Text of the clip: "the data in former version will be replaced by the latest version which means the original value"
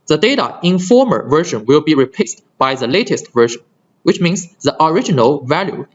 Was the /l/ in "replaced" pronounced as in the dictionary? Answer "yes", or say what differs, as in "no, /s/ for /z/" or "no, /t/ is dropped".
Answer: no, /l/ is dropped